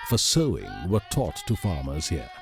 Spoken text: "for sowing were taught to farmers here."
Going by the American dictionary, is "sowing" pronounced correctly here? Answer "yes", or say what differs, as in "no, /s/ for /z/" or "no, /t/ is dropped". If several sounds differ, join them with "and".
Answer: yes